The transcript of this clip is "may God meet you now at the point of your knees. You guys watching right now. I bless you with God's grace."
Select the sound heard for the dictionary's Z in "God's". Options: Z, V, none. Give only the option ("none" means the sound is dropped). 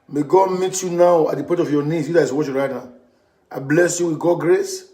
none